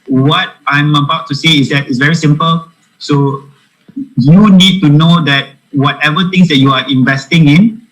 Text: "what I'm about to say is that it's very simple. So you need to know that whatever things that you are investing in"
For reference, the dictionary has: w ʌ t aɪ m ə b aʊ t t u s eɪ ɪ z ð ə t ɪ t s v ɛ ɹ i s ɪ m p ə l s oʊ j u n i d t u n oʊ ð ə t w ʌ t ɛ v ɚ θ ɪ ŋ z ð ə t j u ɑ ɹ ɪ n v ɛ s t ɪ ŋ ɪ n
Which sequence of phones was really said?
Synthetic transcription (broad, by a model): w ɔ t aɪ m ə b aʊ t t u s eɪ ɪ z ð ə t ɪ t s v ɛ ɹ i s ɪ m p ə l s oʊ j u n i d t u n oʊ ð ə t w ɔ t ɛ v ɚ t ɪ ŋ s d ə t j u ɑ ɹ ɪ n v ɛ s t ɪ ŋ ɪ n